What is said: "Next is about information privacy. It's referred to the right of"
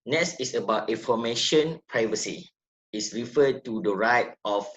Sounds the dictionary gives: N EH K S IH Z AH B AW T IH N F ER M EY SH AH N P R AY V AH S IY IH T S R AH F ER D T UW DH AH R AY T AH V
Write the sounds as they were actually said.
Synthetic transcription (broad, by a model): N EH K S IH S AH B AW T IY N F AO M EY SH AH N P R AY V AH S IY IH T S R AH F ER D T UW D AH R AY T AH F